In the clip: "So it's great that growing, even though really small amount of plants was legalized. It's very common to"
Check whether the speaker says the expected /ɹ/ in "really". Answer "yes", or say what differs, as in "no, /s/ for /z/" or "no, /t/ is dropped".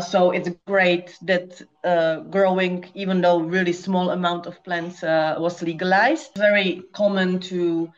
yes